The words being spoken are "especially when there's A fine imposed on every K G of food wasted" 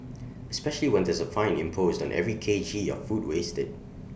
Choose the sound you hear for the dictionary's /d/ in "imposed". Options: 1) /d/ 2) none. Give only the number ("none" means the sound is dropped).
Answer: 1